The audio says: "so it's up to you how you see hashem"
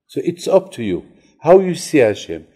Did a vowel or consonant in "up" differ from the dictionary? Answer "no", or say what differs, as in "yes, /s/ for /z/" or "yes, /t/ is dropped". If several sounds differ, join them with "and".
no